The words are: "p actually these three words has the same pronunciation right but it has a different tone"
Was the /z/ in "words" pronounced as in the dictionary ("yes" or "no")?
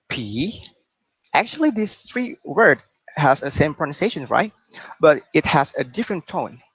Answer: no